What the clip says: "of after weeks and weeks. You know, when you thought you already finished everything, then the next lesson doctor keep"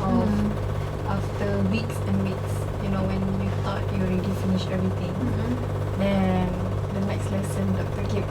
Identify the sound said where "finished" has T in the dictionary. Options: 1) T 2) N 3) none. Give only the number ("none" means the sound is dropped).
3